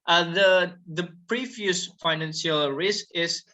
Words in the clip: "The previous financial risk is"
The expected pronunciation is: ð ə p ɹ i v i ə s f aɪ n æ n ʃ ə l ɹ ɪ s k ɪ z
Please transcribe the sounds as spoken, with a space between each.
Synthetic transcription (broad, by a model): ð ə p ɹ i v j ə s f aɪ n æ n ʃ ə l ɹ ɪ s k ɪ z